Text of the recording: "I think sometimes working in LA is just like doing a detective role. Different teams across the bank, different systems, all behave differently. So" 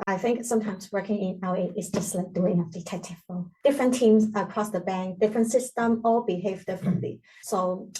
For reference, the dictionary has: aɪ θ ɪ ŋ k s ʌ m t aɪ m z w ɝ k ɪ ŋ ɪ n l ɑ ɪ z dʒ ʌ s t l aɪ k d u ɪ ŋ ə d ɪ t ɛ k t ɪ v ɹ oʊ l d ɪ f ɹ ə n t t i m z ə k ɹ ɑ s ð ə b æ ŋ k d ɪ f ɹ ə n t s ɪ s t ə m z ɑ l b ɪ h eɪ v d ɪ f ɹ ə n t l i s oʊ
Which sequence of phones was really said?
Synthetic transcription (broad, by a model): aɪ θ ɪ ŋ k s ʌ m t aɪ m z w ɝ k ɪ ŋ ɪ n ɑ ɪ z dʒ ʌ s t l aɪ k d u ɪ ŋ ə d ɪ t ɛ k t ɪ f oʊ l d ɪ f ɹ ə n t t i m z ə k ɹ ɑ s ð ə b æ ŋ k d ɪ f ɹ ə n t s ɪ s t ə m ɑ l b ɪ h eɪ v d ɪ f ɹ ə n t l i s oʊ